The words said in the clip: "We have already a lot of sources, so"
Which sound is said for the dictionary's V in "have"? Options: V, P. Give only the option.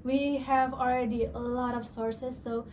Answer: V